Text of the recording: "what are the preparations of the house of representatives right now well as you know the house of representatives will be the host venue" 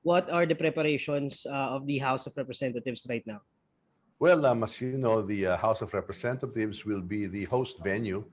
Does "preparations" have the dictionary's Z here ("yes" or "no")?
no